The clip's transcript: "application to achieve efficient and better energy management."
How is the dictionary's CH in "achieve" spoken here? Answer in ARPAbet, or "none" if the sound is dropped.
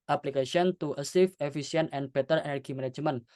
S